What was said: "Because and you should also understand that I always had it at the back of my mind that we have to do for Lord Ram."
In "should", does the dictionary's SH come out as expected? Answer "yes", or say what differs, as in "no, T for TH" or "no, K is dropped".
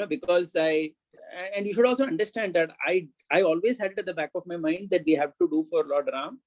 yes